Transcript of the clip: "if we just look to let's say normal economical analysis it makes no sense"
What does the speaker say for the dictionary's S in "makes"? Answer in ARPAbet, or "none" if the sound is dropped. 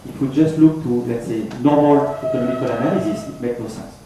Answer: none